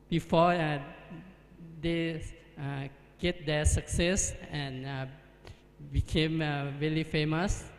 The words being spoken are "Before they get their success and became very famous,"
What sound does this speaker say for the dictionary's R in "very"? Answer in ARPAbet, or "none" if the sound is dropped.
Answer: L